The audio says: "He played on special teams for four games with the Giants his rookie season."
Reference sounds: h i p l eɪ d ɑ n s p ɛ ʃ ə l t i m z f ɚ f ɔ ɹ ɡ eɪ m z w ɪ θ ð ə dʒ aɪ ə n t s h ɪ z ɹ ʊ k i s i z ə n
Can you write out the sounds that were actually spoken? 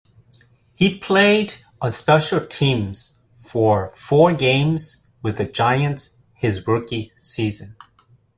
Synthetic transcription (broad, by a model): h i p l eɪ d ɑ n s p ɛ ʃ l t i m z f ɚ f ɔ ɹ ɡ eɪ m z w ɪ ð ə dʒ aɪ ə n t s h ɪ z ɹ ʊ k i s i z ə n